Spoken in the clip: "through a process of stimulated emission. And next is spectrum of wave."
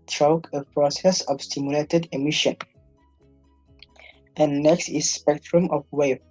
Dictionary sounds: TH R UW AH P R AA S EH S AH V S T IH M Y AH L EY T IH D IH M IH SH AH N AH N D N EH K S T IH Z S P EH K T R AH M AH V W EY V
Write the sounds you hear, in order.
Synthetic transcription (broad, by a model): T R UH AH P R AA S EH S AH V S T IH M Y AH L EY T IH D IH M IH SH AH N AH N N EH K S T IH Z S P EH K T R AH M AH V W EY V